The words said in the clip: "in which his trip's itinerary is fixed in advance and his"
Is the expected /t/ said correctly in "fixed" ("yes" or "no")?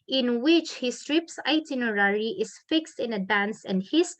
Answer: yes